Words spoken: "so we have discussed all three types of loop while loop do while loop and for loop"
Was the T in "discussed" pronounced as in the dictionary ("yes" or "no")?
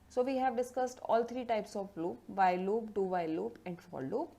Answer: yes